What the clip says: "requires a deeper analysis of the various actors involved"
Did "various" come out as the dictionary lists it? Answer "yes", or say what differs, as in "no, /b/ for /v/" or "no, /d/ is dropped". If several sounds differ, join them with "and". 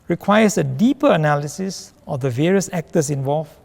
yes